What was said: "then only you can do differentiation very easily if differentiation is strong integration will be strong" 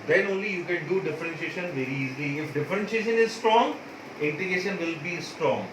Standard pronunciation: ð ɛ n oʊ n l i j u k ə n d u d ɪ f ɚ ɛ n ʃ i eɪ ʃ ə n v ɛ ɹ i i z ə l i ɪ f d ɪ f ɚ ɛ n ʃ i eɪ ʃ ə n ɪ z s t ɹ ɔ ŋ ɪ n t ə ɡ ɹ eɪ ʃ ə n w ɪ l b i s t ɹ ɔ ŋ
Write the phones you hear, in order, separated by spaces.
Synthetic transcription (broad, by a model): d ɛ n oʊ n l i j u k ə n d u d ɪ f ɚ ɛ n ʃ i eɪ ʃ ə n v ɛ ɹ i i z ə l i ɪ f d ɪ f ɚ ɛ n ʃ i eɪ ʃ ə n ɪ z s t ɹ ɔ ŋ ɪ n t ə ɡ eɪ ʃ ə n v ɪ l b i s t ɹ ɔ ŋ